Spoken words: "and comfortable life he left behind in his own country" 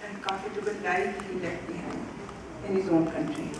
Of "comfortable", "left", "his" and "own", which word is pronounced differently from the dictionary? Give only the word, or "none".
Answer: comfortable